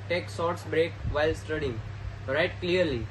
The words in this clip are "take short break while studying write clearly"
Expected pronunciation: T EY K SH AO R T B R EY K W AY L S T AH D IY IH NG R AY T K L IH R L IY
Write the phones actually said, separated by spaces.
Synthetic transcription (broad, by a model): T EY K S AO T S B R EY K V AY L S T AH D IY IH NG R AY T K L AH R L IY